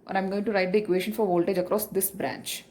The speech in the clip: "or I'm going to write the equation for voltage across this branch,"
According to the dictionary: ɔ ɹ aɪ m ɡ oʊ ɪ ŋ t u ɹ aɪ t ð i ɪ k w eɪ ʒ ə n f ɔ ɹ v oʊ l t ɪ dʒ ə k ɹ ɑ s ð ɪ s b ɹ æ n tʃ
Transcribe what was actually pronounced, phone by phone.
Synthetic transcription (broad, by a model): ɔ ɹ aɪ m ɡ oʊ ɪ ŋ t u ɹ aɪ t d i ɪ k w eɪ ʃ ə n f ɔ ɹ v oʊ l t ɪ dʒ ə k ɹ ɑ s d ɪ s b ɹ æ n tʃ